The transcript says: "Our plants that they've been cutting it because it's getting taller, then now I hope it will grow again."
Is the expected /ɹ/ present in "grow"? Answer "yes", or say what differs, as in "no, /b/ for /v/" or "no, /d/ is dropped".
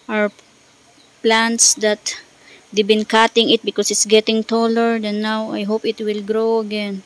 yes